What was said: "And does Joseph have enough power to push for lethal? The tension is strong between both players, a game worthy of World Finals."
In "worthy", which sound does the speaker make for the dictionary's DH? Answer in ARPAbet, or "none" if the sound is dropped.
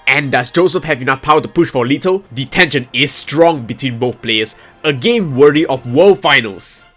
none